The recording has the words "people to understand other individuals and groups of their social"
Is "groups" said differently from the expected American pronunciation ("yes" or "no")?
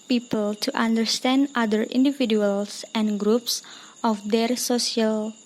no